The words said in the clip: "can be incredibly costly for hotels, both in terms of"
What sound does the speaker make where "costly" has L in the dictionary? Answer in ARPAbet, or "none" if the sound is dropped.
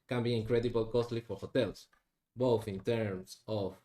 L